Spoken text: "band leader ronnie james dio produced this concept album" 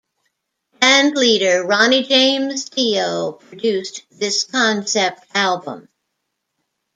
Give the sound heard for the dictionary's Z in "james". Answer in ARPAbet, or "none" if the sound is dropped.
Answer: Z